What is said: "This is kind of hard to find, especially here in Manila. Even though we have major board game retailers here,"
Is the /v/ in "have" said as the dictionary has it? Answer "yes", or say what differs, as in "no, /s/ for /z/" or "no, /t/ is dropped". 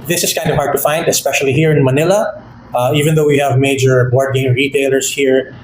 yes